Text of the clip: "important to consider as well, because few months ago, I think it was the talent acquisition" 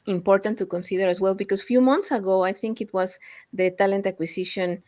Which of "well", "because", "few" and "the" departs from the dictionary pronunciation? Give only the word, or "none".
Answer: because